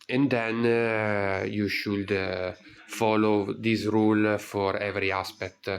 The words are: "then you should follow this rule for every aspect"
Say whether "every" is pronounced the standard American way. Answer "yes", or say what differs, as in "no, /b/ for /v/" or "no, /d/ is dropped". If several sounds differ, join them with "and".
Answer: yes